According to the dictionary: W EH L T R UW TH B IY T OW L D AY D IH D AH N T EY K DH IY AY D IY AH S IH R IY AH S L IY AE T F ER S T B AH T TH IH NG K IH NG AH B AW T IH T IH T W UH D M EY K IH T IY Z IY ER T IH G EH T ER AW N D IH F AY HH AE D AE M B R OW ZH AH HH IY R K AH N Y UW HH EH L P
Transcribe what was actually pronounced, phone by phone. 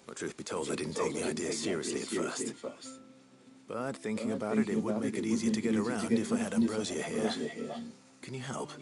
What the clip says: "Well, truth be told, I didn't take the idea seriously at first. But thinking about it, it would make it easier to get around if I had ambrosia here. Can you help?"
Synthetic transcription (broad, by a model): T R UW TH B IY T OW L D AY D IH D N T EY K DH IY AY D IY AH S IH R IY AH S L IY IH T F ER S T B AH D TH IH NG K IH NG AH B AW T IH T IH T W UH D M EY K IH T IY Z IY ER T IH G EH T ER AW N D IH F AY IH D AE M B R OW Z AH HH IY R K AH N Y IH HH EH L P